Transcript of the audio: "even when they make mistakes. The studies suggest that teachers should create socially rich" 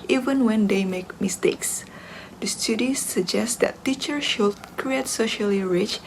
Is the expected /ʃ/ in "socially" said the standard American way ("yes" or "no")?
yes